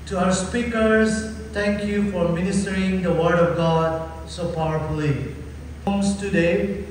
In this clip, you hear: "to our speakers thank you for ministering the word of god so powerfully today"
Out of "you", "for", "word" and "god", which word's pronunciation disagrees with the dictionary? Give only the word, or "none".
none